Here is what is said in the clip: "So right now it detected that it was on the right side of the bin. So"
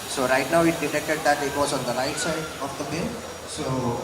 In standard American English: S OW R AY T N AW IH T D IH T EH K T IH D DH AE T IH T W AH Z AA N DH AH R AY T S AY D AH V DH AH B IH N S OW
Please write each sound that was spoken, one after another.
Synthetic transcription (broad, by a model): S OW R AY T N AW IH T D IH T EH K T IH D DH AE T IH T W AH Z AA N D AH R AY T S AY AH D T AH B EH S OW